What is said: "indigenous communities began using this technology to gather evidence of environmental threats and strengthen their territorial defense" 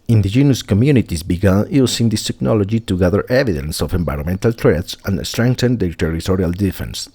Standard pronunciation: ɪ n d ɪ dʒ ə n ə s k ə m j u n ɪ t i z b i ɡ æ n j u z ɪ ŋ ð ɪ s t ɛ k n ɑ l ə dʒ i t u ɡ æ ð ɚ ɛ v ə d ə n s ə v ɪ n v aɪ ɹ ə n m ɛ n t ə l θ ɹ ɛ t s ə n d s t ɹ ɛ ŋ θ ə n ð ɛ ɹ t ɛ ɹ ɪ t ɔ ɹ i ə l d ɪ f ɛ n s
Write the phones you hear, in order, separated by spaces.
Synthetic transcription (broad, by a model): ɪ n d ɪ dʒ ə n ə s k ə m j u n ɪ t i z b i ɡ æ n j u s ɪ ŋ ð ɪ s t ɛ k n ɑ l ə dʒ i t u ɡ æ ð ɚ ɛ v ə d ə n s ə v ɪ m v aɪ ɹ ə m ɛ n t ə l t ɹ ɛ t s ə n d s t ɹ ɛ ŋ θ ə n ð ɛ t ɛ ɹ ɪ t ɔ ɹ i ə l d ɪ f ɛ n s